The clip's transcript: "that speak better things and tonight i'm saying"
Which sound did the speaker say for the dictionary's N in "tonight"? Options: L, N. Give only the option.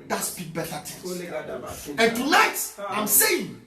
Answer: L